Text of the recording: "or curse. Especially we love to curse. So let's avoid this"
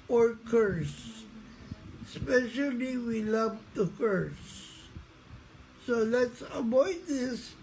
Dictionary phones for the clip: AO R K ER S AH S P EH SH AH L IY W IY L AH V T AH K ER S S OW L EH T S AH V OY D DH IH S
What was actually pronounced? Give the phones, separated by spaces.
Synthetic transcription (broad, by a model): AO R K ER S S P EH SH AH L IY W IY L AH V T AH K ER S S OW L EH T S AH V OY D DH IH S